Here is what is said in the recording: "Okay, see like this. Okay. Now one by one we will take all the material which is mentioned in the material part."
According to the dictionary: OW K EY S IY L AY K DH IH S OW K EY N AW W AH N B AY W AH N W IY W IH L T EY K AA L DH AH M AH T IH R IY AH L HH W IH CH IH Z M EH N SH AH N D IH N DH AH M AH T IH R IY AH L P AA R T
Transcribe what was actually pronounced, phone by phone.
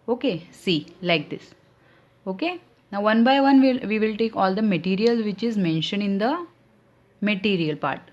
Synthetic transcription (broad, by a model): OW K EY S IY L AY K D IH S OW K EY N AW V AH N B AY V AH N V IY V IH L T EY K AA L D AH M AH T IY R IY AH L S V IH CH IH Z M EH N SH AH N IH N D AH M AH T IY R IY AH L P AA R T